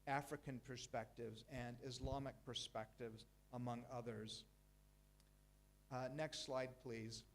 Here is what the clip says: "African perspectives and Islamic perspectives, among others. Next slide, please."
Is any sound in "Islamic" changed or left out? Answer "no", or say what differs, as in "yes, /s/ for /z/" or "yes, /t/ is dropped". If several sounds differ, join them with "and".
no